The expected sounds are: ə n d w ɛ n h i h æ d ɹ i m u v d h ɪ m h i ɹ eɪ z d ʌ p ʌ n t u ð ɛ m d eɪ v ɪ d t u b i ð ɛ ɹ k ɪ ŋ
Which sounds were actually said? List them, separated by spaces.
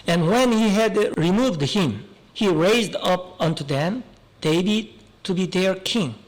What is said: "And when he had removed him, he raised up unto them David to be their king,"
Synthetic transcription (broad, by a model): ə n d w ɛ n h i h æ d ɹ i m u v d h ɪ m h i ɹ eɪ z d ʌ p ʌ n t u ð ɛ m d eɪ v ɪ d t u b i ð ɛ ɹ k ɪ ŋ